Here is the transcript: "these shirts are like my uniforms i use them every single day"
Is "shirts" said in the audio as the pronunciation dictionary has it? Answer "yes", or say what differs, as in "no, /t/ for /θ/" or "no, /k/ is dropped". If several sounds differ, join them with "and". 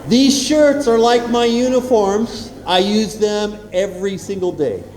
yes